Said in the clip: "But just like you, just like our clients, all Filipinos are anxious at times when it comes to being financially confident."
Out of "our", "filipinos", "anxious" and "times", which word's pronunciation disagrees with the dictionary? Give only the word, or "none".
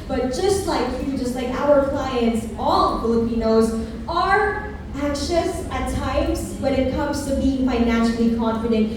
none